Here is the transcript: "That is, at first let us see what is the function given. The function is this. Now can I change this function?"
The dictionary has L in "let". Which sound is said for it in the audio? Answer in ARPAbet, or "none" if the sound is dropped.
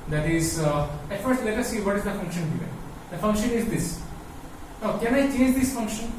L